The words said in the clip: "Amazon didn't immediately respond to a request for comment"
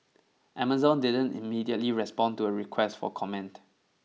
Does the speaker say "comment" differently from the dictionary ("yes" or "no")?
no